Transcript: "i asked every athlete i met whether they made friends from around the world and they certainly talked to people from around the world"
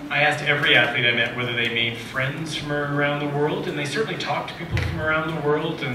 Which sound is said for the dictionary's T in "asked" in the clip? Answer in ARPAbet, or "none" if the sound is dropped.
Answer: T